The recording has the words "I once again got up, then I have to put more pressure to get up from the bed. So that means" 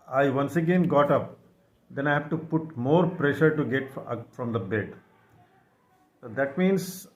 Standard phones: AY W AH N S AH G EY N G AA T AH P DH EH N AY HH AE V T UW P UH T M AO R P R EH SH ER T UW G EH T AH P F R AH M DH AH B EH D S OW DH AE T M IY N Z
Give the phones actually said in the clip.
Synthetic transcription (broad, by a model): AY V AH N S AH G EY N G AA T AH P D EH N AY HH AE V T UW P UH T M AO R P R EH SH ER T UW G EH T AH F R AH M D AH B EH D S OW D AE T M IY N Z